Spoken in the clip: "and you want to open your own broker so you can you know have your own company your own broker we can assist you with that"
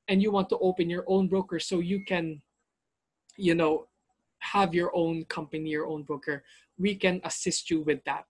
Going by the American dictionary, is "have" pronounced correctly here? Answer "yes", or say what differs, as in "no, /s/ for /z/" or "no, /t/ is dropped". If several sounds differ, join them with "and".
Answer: yes